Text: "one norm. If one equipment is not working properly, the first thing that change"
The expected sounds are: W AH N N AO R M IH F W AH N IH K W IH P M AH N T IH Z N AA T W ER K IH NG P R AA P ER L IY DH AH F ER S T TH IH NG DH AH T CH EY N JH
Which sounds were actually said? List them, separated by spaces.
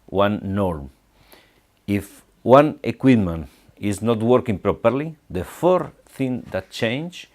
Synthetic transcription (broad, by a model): W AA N N AO R M IH F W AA N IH K W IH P M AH N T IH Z N AA T W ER K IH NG P R AA P ER L IY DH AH F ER T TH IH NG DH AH T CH EY N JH